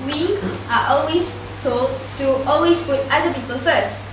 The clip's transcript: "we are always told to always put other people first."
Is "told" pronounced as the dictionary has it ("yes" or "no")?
yes